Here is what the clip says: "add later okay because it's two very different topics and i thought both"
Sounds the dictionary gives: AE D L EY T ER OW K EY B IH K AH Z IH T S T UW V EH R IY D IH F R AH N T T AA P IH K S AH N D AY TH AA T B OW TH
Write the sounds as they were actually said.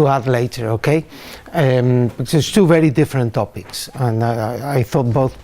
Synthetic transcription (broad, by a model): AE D L EY T ER OW K EY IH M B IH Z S T UW V EH R IY D IH F R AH N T T AA P IH K S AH N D AY TH AA T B OW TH